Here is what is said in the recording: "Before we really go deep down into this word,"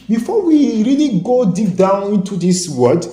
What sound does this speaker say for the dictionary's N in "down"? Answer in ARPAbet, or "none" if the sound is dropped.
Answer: N